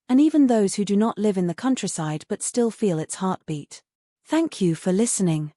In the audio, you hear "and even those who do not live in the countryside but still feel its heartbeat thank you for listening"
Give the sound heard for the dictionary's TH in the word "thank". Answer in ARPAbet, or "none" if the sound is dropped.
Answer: TH